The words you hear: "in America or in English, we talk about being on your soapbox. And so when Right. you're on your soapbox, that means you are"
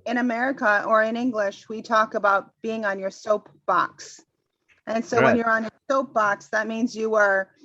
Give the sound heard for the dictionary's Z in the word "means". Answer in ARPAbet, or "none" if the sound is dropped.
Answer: Z